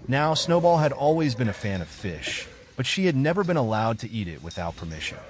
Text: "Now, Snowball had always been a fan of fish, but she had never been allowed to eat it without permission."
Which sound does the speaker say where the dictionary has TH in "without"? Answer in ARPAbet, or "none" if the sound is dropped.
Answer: TH